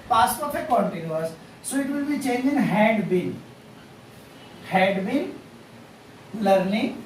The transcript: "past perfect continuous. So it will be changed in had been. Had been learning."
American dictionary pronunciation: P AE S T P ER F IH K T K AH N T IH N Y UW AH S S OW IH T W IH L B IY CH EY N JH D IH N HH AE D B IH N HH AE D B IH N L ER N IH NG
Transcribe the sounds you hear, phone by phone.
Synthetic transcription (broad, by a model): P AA S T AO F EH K K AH N T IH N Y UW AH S S OW IH T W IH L B IY CH EY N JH IH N HH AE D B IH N HH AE D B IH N L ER N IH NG